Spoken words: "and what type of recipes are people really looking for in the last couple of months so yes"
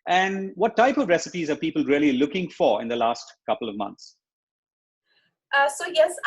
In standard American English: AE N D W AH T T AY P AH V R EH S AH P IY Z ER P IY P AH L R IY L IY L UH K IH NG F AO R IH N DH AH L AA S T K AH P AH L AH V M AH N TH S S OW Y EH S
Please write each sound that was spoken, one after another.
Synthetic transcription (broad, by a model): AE N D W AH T T AY P AH V R EH S AH P IY Z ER P IY P AH L R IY L IY L UH K IH NG F AO R IH N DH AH L AA S T K AH P AH L AH V M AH N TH S S OW Y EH S